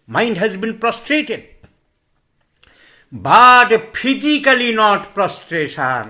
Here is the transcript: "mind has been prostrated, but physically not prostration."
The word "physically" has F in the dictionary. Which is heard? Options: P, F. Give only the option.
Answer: P